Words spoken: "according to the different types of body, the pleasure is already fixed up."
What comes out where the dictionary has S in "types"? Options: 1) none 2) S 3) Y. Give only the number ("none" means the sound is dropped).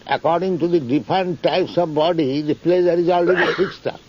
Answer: 2